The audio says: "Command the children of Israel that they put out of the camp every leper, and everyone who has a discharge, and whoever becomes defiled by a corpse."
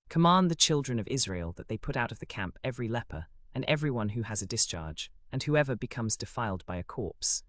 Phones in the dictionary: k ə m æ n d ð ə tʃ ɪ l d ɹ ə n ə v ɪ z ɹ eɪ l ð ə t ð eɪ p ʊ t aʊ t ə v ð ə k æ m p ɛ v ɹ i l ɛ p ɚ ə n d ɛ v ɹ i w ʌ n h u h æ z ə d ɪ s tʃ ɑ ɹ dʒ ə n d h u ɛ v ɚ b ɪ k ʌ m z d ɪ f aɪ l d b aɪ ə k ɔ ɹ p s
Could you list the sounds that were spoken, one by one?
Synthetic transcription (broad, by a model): k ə m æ n ð ə tʃ ɪ l d ɹ ə n ə v ɪ z ɹ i l ð ə t ð eɪ p ʊ t aʊ t ə v ð ə k æ m p ɛ v ɹ i l ɛ p ɚ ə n ɛ v ɹ i w ʌ n h u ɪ z ə d ɪ s tʃ ɑ ɹ dʒ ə n h u ɛ v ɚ b ɪ k ʌ m z d ɪ f aɪ l d b aɪ ə k ɔ ɹ p s